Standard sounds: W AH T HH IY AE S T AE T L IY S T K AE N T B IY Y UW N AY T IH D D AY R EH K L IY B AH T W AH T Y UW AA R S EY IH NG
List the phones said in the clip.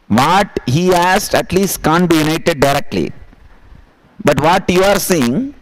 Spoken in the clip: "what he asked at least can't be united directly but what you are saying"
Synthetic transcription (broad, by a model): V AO T HH IY AE S T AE T L IY S T K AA N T B IY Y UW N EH T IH D D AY R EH K L IY B AH T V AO T Y UW AA R S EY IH NG